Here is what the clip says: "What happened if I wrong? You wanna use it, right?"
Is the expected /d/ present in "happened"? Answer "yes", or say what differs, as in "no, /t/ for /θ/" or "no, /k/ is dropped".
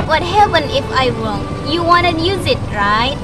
no, /d/ is dropped